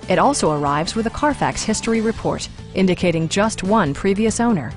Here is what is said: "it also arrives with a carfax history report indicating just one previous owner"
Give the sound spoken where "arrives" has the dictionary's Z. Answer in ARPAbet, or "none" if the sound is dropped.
Z